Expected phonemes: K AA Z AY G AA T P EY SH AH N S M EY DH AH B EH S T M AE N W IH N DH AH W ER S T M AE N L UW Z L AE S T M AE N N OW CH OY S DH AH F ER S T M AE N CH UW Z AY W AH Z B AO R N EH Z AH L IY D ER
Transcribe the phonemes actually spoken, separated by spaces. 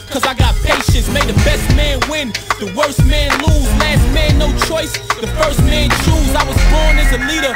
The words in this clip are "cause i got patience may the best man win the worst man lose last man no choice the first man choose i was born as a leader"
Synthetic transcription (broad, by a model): K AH Z AY G AA T P EY SH AH N S M EY DH AH B EH S T M AE N W IH N DH AH W ER S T M AE N L UW Z L AE S T M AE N N OW CH OY S DH AH F ER S T M AE N CH UW Z AY W AH Z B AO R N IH Z AH L IY D ER